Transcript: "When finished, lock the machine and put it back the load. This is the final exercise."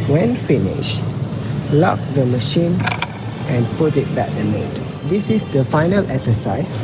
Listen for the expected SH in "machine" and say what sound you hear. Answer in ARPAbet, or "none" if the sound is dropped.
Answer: SH